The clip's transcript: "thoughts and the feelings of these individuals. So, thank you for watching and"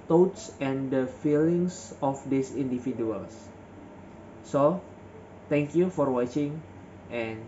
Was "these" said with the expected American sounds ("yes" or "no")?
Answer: no